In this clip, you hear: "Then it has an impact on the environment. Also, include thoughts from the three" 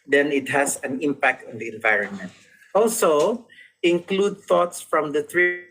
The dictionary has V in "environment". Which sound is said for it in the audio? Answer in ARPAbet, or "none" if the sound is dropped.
V